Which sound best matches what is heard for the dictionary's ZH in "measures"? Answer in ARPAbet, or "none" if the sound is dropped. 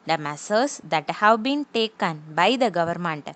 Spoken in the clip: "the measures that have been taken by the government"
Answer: S